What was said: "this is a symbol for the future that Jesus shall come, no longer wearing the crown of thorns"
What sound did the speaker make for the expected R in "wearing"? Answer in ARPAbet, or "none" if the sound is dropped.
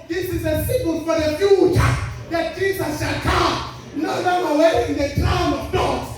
none